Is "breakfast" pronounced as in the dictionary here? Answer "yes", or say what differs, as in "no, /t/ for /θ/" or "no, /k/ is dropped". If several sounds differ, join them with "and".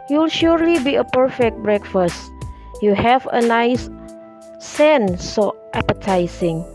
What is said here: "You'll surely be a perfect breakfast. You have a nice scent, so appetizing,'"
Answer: yes